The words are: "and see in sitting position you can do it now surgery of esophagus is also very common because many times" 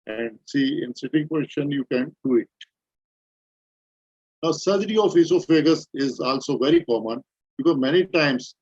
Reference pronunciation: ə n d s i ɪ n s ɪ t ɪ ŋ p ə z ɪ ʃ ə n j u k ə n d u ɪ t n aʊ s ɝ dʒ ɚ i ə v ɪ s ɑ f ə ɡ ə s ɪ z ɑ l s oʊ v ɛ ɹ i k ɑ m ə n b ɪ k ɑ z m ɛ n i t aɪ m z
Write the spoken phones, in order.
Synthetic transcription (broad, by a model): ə n d s i ɪ n s ɪ t ɪ ŋ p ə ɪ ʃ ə n j u k ə n d u ɪ t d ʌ s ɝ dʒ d i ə f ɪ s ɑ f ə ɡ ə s ɪ z ɑ l s oʊ v ɛ ɹ i k ɑ m ə n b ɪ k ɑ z m ɛ n i t aɪ m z